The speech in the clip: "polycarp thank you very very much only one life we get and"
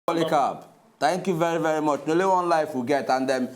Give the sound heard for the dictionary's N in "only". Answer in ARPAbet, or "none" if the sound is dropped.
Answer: none